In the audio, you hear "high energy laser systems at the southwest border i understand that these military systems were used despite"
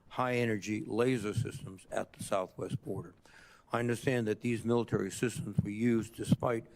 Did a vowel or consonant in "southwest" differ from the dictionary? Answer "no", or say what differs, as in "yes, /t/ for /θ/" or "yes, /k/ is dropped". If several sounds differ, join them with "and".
no